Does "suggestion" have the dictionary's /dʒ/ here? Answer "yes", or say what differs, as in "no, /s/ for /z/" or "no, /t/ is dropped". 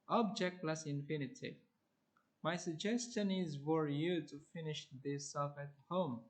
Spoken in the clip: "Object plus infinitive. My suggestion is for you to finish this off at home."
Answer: yes